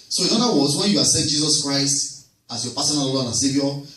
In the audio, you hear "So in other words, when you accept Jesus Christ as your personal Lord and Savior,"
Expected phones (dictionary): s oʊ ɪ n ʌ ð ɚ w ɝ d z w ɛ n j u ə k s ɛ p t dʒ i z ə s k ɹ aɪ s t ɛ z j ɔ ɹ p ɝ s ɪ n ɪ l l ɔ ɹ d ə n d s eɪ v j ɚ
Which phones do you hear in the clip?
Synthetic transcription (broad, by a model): s oʊ ɪ n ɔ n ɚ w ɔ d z w ɛ n j u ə s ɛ t dʒ i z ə s k ɹ aɪ s t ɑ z j ɔ p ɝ s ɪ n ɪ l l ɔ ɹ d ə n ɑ s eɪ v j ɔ